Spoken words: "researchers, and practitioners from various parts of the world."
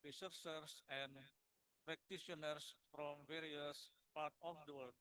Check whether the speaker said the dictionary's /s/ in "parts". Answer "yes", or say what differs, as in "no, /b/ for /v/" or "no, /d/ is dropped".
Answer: no, /s/ is dropped